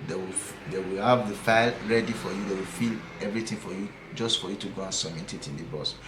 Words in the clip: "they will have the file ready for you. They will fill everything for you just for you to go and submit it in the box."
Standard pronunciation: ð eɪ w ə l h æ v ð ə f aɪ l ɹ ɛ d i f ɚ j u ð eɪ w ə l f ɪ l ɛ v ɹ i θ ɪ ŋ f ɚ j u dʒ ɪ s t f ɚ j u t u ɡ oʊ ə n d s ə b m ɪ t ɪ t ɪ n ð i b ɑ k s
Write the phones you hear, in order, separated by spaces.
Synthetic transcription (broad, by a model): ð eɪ w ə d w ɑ v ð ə f aɪ l ɹ ɛ d i f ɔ j u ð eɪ w ə l f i l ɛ v ɹ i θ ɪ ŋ f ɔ j u dʒ ɪ s t f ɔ j u t u ɡ oʊ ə n s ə m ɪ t ɪ t ɪ n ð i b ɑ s